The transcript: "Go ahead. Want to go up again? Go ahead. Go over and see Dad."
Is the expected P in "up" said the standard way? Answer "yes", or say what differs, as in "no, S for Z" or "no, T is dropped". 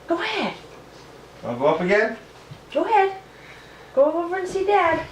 no, F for P